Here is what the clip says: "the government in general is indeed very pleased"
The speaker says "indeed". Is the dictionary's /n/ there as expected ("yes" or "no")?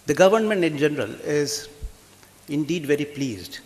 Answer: yes